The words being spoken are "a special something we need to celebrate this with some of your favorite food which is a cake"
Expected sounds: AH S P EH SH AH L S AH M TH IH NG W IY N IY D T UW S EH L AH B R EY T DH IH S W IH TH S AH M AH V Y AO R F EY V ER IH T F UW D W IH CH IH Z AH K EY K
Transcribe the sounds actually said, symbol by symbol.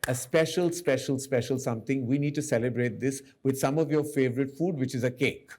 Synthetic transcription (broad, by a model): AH S P EH SH AH L S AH M T IH NG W IY N IY D T UW S EH L AH B R EY T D IH S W IH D S AH M AH V Y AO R F EY V ER IH T F UW D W IH CH IH Z AH K EY K